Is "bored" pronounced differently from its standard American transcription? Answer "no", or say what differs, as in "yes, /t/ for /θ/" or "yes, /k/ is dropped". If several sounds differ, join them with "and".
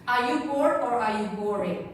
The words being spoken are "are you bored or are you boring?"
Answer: yes, /d/ is dropped